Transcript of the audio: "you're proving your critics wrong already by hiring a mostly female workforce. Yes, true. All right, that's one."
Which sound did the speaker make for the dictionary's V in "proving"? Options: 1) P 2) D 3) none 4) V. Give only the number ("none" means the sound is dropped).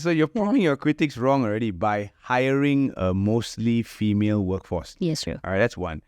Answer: 1